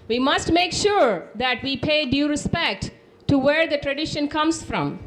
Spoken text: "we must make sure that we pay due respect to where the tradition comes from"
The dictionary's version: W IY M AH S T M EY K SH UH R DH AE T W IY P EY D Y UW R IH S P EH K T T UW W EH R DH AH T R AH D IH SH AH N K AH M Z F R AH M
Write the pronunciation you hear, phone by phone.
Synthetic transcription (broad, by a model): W IY M AH S T M EY K SH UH R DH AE T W IY P EY D Y UW R IH S P EH K T T UW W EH R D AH T R AH D IH SH AH N K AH M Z F R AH M